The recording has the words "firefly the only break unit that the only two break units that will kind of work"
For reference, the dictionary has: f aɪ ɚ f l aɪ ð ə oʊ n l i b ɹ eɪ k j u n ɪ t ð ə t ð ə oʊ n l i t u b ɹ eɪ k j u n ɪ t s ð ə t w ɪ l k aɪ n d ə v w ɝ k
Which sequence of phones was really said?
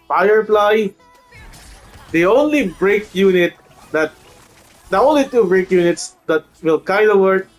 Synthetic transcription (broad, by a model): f aɪ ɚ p l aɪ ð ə oʊ n l i b ɹ eɪ k j u n ɪ t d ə t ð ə oʊ n l i t u b ɹ eɪ k j u n ɪ t s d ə t w ɪ l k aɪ d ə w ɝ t